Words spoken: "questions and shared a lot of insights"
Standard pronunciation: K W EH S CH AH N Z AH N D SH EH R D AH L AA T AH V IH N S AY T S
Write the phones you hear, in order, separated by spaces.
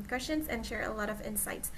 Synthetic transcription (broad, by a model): K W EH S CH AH N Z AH N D SH EH R AH L AA T AH V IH N S AY T S